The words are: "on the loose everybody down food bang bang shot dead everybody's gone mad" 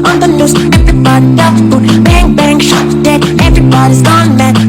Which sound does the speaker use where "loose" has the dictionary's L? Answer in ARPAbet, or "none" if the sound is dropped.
N